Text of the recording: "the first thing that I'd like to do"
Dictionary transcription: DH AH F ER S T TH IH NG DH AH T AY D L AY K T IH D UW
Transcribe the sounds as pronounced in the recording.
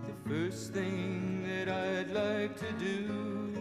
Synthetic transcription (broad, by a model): DH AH F ER S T TH IH NG DH AH T AY D L AY K T IH D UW